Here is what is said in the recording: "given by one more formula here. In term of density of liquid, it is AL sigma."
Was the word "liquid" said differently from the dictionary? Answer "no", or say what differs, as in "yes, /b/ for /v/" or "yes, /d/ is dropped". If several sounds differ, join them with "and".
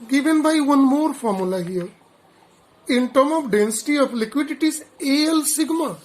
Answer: no